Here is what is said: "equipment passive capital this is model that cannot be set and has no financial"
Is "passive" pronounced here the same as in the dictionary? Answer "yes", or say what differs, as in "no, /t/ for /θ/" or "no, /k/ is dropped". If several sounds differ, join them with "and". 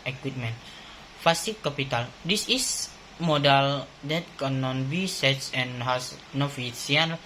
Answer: no, /f/ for /p/